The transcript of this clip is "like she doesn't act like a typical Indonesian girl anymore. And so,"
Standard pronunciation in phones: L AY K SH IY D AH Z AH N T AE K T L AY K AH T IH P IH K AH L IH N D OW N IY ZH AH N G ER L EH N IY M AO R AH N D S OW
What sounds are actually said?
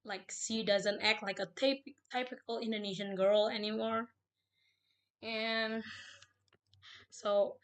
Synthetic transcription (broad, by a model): L AY K S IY D AH Z AH N T AE K T L AY K AH T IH P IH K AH L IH N D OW N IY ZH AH N G ER L EH N IY M AO R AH N S OW